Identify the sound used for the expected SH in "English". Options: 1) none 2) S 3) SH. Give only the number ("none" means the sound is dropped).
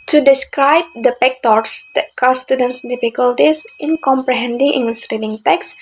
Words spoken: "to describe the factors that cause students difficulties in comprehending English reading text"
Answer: 2